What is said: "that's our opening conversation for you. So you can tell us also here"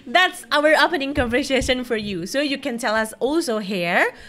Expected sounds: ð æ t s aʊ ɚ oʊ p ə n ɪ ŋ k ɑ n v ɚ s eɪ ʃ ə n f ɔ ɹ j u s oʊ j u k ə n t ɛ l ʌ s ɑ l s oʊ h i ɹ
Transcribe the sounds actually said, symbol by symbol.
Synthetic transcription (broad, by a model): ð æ t s aʊ ɚ oʊ p ə n ɪ ŋ k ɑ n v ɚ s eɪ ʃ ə n f ɔ ɹ j u s oʊ j u k ə n t ɛ l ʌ s ɑ l s oʊ h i ɹ